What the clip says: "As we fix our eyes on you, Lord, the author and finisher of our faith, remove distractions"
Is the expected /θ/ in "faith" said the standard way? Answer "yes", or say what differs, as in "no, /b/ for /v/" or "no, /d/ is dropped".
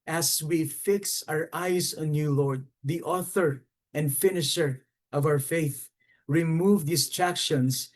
yes